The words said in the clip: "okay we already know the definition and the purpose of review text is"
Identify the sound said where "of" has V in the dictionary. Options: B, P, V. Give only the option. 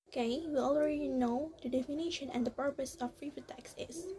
P